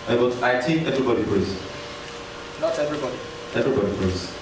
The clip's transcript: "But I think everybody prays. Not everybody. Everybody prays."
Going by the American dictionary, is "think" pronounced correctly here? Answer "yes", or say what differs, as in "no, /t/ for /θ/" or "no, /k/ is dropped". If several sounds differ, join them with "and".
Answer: no, /t/ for /θ/ and /ŋ/ is dropped